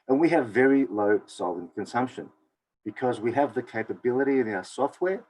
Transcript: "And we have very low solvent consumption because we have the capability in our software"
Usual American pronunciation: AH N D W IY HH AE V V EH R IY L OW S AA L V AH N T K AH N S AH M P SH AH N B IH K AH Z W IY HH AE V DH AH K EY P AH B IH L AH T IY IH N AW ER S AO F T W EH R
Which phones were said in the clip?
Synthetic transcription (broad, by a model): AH N W IY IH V V EH R IY L OW S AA L AH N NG K AH N S AH M P SH AH N B IH K AH Z W IY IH V DH AH K EY P AH B IH L AH T IY IH N AW ER S AO F T W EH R